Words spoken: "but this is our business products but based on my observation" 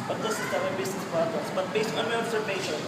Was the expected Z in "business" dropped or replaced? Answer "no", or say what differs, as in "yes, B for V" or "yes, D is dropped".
yes, S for Z